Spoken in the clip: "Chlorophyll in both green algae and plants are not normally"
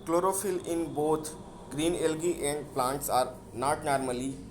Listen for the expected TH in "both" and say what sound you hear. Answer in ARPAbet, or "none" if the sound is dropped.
T